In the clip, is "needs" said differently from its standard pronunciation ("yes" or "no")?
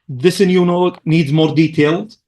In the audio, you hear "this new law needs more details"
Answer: no